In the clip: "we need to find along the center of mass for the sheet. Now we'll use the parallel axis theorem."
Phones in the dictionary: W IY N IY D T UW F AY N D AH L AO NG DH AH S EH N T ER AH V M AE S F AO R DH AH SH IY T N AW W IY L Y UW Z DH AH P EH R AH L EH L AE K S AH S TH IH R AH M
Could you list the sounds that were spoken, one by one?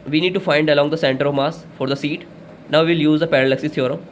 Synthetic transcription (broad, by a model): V IY N IY D T UW F AY N D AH L AO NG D AH S EH N T ER AH V M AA S F AO R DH AH S IY T N AW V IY L Y UW Z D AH P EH R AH L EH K S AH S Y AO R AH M